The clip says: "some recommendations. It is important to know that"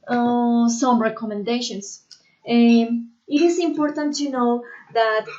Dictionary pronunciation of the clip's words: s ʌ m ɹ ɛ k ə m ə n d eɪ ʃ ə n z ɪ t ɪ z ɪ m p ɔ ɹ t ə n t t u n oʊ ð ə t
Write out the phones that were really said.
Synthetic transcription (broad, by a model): s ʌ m ɹ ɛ k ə m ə n d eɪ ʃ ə n s ɪ t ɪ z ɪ m p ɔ ɹ t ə n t t u n oʊ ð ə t